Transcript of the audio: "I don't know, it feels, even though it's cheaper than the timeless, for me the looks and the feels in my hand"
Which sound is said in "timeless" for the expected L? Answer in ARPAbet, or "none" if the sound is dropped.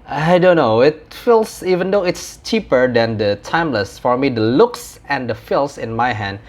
L